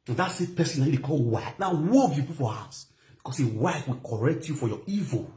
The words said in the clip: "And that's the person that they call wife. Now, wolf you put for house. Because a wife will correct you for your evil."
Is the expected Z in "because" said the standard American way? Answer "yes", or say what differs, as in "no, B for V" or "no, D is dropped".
no, S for Z